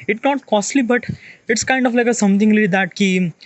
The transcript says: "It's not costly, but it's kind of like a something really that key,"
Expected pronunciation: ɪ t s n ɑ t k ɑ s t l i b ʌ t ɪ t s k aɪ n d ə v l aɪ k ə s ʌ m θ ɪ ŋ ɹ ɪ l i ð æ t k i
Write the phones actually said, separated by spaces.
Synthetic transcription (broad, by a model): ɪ t n ɑ t k ɑ s t l i b ʌ t ɪ t s k aɪ n d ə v l aɪ k ə s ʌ m t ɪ ŋ l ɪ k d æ t k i